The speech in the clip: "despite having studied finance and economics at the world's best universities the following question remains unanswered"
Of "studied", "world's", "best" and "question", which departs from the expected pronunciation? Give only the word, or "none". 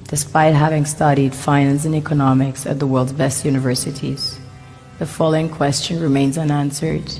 none